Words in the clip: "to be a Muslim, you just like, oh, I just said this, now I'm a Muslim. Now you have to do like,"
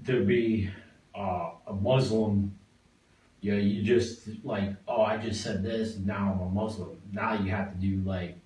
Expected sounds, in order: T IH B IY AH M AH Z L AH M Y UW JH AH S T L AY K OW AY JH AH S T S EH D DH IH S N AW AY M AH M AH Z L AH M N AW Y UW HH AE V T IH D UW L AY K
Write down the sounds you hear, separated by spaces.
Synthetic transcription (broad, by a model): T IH B IY AH M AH Z L AH M Y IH JH AH S T L AY K OW AY JH AH S T S EH D DH IH S N AW AY M AH M AH Z L AH M N AW Y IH HH AE F T IH D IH L AY K